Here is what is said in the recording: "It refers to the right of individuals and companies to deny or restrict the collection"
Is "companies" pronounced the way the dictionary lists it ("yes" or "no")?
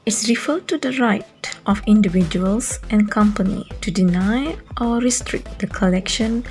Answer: no